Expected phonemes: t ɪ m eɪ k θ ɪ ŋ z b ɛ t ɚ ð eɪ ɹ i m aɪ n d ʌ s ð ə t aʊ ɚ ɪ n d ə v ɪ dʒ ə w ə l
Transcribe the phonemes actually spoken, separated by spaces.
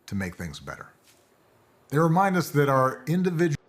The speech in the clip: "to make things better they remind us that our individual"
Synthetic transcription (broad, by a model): t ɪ m eɪ k θ ɪ ŋ z b ɛ t ɚ ð eɪ ɹ i m aɪ n d ʌ s ð ə t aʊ ɚ ɪ n d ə v ɪ dʒ